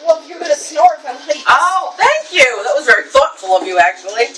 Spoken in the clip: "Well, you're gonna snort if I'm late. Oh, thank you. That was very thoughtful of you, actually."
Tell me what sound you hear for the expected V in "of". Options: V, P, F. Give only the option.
V